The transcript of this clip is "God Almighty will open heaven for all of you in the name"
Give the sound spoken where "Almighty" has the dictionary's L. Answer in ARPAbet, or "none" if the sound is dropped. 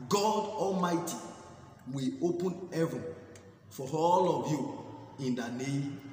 L